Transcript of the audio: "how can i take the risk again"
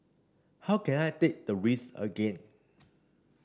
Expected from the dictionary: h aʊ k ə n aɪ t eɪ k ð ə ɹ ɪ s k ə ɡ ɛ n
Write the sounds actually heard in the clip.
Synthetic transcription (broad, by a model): h aʊ k ə n aɪ t eɪ k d ə ɹ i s ə ɡ ɛ n